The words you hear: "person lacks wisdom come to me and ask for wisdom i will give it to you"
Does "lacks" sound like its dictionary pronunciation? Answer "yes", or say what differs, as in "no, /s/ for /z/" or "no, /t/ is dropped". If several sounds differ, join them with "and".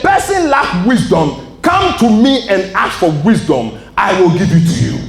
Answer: no, /s/ is dropped